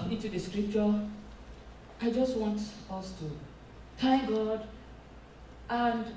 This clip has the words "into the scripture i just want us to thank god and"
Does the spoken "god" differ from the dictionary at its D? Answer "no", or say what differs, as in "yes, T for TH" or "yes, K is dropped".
no